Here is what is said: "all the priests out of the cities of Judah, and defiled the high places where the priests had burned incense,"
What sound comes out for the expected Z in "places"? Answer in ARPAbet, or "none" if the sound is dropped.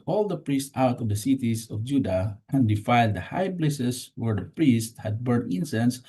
S